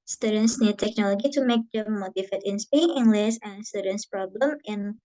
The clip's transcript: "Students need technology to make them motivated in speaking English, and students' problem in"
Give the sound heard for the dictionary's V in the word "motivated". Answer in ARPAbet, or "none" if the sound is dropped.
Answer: F